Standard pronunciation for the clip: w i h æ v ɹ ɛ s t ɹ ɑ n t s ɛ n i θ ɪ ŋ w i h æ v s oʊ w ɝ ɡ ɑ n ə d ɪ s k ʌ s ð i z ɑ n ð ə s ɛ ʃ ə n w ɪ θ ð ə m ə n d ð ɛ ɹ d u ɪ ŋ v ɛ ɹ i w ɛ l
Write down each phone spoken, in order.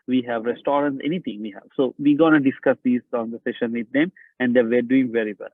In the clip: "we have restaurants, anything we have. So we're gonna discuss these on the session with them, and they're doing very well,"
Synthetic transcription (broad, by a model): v i h æ v ɹ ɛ s t ɹ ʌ n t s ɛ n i t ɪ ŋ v i h æ v s oʊ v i ɡ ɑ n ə d ɪ s k ʌ s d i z ɑ n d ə s ɛ ʃ ə n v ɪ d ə m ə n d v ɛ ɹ d u ɪ ŋ v ɛ ɹ i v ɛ l